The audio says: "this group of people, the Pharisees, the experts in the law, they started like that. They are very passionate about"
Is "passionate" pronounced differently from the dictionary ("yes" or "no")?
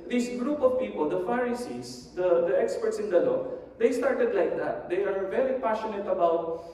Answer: no